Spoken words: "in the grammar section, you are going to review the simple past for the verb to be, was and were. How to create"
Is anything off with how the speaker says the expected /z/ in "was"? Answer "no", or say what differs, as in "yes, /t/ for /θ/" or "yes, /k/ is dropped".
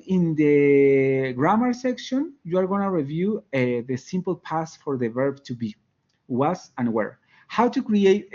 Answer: yes, /s/ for /z/